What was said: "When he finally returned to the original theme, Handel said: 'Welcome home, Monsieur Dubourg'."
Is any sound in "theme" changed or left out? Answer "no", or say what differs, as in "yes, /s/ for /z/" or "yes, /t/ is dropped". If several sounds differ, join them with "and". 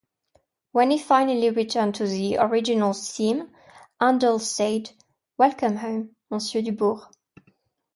yes, /s/ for /θ/